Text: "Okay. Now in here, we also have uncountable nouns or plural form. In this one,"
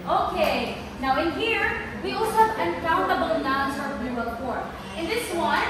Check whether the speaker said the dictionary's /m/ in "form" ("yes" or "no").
no